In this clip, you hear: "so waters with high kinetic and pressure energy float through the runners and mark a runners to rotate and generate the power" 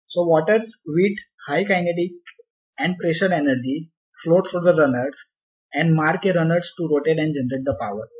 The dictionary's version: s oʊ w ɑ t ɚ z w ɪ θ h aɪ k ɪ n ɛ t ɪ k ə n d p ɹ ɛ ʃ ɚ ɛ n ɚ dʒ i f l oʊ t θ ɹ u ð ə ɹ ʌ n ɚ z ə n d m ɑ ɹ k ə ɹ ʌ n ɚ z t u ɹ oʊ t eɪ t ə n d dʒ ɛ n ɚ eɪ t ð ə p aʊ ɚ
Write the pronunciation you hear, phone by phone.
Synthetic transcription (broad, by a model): s oʊ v ɑ t ɚ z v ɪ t h aɪ k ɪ n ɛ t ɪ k ə n d p ɹ ɛ ʃ ɚ ɛ n ɚ dʒ i f l oʊ t f ɹ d ə ɹ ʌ n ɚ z ə n d m ɑ ɹ k ə ɹ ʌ n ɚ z t u ɹ oʊ t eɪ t ə n d dʒ ɛ n ɚ eɪ t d ə p aʊ ɚ